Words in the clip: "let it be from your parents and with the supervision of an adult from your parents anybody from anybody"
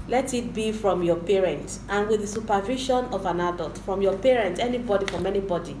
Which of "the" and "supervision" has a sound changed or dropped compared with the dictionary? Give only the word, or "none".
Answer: supervision